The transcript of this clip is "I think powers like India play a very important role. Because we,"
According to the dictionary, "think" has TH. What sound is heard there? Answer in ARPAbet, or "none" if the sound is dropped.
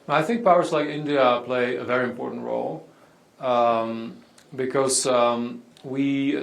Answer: TH